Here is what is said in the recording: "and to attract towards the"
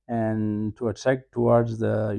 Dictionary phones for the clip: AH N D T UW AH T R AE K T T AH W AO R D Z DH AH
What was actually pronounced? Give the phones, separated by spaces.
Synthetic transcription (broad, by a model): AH N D T UW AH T AE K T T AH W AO R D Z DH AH